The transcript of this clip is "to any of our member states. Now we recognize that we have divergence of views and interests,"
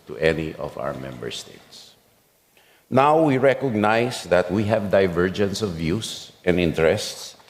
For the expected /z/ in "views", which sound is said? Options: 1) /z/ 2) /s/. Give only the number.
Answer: 2